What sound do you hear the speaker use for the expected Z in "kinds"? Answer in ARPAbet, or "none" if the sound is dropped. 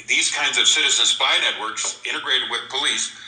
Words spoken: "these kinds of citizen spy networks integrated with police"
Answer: Z